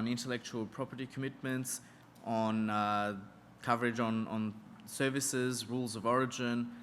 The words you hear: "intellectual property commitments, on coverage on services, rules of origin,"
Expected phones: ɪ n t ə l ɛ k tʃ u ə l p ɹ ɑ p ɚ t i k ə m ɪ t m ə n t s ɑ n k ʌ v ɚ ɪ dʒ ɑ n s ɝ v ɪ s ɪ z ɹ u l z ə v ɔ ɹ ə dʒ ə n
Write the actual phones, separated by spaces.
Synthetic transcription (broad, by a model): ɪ n t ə l ɛ k tʃ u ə l p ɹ ɑ p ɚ t i k ə m ɪ t m ə n t s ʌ n k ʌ v ɚ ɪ dʒ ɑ n s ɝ v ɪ s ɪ z ɹ u l z ə v ɔ ɹ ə dʒ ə n